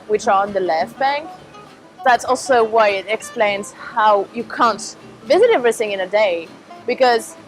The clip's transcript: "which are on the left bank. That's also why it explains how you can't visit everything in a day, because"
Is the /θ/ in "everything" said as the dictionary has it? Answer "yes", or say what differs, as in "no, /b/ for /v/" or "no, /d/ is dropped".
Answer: yes